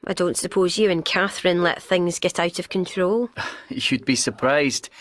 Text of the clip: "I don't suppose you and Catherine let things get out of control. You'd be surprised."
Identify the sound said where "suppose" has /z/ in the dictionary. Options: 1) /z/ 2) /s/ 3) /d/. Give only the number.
1